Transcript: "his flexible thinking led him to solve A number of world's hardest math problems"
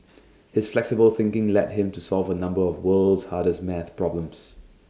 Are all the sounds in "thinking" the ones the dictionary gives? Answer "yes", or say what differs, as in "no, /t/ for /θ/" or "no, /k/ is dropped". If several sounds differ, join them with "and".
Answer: yes